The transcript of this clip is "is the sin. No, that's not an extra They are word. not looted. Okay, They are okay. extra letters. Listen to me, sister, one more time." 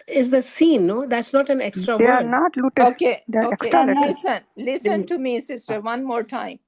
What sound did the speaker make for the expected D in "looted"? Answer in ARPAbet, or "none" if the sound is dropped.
none